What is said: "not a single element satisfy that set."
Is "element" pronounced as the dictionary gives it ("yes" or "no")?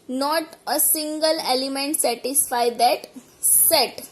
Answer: yes